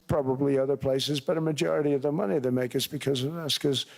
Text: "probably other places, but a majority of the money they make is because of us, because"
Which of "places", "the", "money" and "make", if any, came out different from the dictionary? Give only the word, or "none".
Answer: none